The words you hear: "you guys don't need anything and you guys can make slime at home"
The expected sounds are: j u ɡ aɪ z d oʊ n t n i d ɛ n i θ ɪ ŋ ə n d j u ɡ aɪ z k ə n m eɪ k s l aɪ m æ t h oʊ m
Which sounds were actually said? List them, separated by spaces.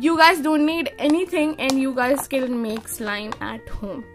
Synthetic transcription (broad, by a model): j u ɡ aɪ z d oʊ n t n i d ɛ n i t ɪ ŋ ə n d j u ɡ aɪ z k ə l m eɪ k s l aɪ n æ t h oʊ m